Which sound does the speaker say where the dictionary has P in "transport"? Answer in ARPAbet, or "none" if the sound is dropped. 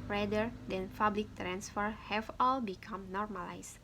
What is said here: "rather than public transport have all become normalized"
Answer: F